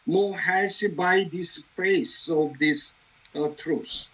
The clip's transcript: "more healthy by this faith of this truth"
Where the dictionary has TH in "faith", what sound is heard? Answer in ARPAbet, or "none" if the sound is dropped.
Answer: S